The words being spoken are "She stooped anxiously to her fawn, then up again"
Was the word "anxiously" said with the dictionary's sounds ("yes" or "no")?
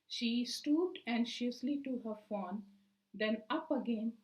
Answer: no